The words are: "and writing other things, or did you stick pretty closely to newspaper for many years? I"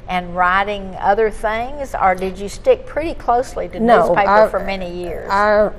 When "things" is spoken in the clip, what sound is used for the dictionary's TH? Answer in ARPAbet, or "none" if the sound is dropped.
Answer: TH